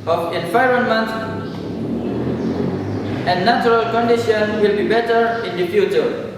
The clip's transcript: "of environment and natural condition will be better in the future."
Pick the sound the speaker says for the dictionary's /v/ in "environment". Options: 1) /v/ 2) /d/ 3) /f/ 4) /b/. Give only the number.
3